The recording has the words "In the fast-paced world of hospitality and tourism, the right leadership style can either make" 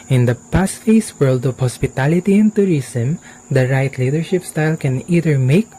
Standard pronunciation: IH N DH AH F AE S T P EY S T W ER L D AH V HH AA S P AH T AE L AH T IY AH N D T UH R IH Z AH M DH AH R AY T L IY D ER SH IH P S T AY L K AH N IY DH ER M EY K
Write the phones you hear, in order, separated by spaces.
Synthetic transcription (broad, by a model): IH N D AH P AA S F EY S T W ER L D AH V HH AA S P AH T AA L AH T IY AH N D T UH R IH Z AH M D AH R AY T L IY D ER SH IH P S T AY L K AH N IY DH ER M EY K